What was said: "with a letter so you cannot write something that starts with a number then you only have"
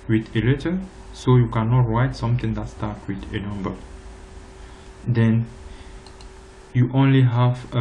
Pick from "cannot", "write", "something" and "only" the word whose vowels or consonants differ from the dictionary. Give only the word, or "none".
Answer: something